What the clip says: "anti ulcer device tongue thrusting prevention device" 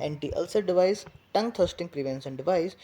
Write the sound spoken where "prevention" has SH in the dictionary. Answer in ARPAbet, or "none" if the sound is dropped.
S